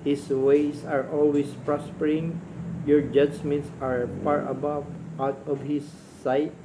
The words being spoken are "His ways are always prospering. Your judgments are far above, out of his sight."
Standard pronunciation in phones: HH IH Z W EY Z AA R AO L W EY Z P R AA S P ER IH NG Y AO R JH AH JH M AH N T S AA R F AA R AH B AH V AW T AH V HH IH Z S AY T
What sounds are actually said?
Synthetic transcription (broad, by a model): HH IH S W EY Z AA R AO L W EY S P R AA S P ER IH NG Y AO R JH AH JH M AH N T S AA R P AA R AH B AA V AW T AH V HH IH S AY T